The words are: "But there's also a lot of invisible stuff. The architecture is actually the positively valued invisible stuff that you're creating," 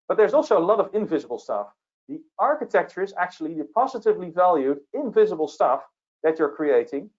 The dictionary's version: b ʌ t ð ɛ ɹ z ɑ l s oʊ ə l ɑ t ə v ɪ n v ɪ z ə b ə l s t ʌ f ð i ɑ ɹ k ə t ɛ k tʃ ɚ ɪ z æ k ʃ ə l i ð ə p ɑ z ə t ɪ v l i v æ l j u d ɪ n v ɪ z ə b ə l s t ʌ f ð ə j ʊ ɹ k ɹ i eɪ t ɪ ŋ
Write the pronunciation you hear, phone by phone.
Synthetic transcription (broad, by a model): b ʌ t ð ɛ ɹ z ɑ l s oʊ ə l ɑ t ə v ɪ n v ɪ z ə b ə l s t ʌ f ð i ɑ ɹ k ə t ɛ k tʃ ɚ ɪ z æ k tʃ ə l i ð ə p ɑ z ə t ɪ v l i v æ l j u d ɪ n v ɪ z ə b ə l s t ʌ f ð ə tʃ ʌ ɹ k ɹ i eɪ t ɪ ŋ